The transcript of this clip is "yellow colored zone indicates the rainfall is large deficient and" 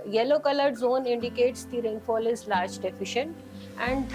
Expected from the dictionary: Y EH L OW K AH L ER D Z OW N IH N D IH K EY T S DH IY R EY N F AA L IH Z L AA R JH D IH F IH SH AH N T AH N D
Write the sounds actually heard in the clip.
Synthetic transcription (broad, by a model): Y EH L OW K AH L ER D Z OW N IH N D IH K EY T S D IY R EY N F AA L IH Z L AA R JH D IH F IH SH AH N T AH N D